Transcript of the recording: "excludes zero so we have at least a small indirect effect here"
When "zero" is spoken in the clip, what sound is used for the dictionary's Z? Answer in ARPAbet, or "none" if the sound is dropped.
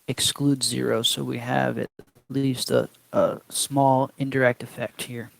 Z